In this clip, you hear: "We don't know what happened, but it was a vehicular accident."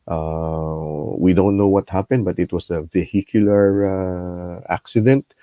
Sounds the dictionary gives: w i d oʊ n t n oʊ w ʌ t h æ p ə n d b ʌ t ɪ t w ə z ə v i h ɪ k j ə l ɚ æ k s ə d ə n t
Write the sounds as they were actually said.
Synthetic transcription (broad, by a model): w i d oʊ n t n oʊ w ʌ t h æ p ə n d b ʌ t ɪ t w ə s ə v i h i k j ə l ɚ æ k s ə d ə n t